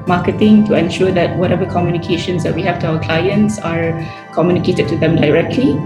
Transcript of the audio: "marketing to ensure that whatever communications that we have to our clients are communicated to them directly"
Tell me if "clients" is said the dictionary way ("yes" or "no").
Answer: yes